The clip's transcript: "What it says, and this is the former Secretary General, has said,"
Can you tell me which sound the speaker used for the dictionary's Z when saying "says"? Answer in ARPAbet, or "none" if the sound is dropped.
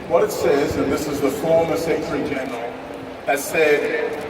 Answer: Z